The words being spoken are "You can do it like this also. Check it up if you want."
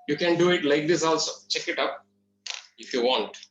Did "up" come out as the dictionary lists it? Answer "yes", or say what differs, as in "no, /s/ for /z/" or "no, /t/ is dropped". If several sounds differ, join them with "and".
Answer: yes